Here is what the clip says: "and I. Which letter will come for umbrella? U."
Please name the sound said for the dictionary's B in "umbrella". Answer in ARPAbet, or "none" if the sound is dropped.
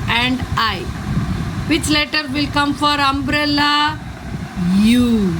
B